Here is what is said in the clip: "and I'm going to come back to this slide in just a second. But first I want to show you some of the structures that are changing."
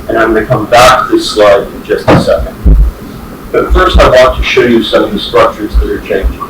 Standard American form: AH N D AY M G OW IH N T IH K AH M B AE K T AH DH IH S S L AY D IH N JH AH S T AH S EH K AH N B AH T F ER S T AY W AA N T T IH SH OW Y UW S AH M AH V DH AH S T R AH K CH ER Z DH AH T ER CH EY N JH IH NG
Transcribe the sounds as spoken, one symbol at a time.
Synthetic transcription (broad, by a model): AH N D AY M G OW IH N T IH K AH M B AE K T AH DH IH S S L AY D IH N JH AH S T AH S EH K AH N B AH T F ER S T AY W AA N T T IH SH OW Y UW S AH M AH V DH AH S T R AH K CH ER Z DH AH T ER CH EY N JH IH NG